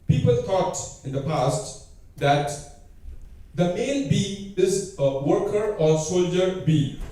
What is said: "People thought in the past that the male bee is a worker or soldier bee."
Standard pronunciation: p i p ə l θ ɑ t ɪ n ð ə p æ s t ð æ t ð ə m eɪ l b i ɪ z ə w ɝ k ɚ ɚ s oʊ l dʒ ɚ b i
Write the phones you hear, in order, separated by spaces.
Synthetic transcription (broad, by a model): p i p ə l t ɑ t ɪ n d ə p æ s t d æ t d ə m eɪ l b i ɪ z ə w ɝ k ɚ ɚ s oʊ l dʒ ɚ b i